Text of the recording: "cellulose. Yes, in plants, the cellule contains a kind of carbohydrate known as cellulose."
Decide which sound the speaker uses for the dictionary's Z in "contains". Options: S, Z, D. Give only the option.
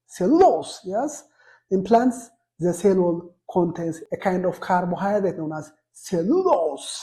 S